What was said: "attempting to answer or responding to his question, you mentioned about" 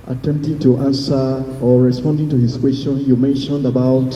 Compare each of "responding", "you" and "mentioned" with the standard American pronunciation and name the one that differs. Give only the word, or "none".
none